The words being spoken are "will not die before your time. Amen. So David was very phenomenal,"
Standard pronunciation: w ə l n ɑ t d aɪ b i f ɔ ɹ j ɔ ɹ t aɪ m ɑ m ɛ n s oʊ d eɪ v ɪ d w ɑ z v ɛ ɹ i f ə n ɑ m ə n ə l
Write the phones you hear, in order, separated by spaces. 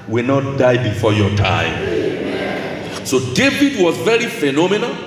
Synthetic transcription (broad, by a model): w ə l n ɑ t d aɪ b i f ɔ j ɔ t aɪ ɑ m s oʊ d eɪ v ɪ d w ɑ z v ɛ ɹ i f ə n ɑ m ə n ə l